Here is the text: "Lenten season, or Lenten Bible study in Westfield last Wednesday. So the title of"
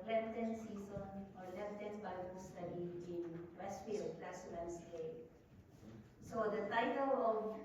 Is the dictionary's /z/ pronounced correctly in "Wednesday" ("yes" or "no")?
no